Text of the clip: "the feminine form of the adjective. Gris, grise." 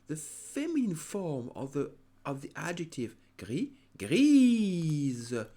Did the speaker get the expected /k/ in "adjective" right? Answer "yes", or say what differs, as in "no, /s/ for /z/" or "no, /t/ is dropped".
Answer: yes